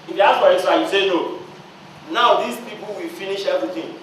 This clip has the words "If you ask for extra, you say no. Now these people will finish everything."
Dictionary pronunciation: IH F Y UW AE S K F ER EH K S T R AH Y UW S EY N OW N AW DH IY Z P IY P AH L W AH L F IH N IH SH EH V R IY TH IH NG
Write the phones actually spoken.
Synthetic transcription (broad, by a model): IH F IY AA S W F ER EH S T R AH Y UW S EY N OW N AW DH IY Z P IY P AH L W AH L F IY N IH SH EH V R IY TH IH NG